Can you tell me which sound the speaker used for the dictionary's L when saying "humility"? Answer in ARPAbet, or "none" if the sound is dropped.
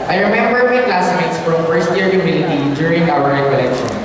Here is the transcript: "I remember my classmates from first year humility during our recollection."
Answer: N